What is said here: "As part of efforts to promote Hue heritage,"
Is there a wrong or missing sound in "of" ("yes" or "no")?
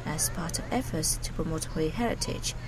no